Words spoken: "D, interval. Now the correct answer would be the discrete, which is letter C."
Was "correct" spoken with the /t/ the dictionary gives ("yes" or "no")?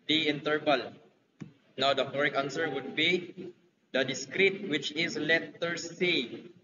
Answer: no